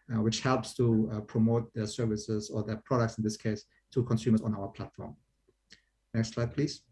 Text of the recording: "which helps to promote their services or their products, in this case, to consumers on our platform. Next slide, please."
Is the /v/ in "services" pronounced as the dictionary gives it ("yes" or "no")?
yes